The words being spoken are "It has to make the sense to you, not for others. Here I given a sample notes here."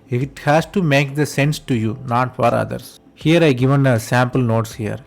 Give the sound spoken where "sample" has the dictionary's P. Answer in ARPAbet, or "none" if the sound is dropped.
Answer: P